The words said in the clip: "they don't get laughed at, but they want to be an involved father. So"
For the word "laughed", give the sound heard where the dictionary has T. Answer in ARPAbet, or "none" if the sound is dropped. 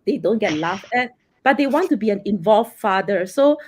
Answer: none